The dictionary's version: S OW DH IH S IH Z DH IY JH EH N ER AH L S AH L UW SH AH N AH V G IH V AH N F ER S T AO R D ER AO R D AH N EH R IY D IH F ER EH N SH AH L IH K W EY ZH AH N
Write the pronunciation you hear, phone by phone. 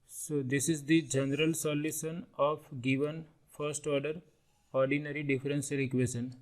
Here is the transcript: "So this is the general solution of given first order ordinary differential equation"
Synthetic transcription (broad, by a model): S OW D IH S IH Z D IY JH EH N ER AH L S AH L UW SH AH N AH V G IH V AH N F ER S T AO R D ER AO R D AH N EH R IY D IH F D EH N S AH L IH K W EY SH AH N